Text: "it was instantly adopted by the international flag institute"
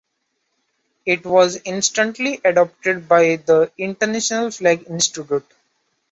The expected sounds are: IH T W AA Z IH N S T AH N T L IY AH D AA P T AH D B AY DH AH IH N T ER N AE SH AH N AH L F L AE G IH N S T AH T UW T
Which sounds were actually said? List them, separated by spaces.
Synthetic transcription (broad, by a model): IH T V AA Z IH N S T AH N T L IY AH D AA P T AH D B AY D AH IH N T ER N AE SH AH N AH L F L AE G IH N S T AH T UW T